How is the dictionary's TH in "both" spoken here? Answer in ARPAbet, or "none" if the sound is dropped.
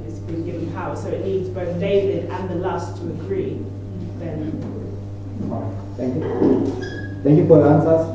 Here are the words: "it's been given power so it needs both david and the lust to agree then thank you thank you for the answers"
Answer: TH